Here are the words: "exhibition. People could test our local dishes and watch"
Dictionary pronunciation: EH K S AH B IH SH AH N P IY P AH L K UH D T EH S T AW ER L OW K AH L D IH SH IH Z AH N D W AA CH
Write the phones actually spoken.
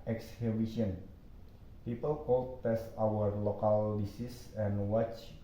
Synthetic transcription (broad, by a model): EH K S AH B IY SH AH N P IY P AH L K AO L T EH S T AW ER L OW K AH L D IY S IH S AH N W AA CH